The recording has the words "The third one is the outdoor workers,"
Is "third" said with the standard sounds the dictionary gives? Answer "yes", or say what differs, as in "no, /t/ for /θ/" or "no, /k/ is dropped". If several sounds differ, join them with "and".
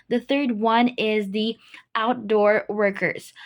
yes